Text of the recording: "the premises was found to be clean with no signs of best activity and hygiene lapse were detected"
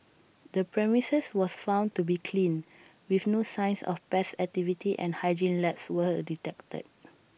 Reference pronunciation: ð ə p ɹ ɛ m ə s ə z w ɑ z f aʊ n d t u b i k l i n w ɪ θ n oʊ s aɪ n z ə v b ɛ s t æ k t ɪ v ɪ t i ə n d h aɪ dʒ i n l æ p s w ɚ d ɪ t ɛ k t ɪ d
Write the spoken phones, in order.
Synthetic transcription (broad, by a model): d ə p ɹ ɛ m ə s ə s w ɑ s f aʊ n t u b i k l i n w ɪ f n oʊ s aɪ n s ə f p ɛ s æ k t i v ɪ t i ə n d h aɪ dʒ i n l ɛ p s w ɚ d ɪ t ɛ k t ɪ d